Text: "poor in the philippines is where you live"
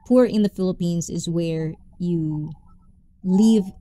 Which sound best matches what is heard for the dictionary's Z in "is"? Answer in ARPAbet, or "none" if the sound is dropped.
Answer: Z